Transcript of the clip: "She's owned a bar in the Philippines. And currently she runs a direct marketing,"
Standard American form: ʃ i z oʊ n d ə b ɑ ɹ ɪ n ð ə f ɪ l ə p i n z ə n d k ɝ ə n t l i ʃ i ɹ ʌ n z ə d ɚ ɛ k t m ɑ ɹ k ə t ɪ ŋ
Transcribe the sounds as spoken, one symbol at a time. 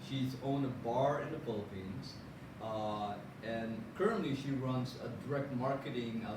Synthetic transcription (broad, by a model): ʃ i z oʊ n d ə b ɑ ɹ ɪ n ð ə f ɪ l ə p i n z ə n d k ɝ ə n t l i ʃ i ɹ ʌ n z ə d ɚ ɛ k t m ɑ ɹ k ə t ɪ ŋ